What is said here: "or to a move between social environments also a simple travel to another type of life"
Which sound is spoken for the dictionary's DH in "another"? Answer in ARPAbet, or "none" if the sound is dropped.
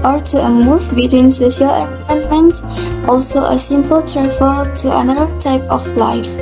none